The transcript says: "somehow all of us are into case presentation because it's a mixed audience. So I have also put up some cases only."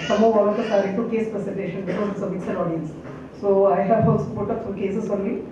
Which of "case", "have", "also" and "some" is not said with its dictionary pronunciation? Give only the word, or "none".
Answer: also